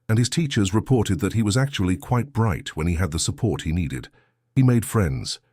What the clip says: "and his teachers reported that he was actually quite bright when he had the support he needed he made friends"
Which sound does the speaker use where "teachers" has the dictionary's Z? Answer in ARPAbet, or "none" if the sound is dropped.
Z